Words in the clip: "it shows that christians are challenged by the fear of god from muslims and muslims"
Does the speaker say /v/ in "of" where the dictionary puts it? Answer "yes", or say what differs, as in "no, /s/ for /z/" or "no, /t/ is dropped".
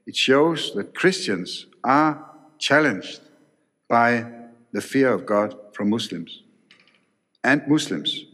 yes